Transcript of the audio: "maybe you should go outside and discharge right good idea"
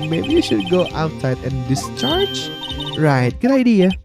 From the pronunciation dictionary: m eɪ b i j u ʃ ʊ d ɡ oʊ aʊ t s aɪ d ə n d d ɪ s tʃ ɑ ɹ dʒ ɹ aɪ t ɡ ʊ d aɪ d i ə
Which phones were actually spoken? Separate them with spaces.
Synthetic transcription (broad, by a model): m eɪ b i j u ʃ ʊ d ɡ oʊ aʊ t s aɪ d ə n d d ɪ s tʃ ɑ ɹ dʒ ɹ aɪ t ɡ ʊ d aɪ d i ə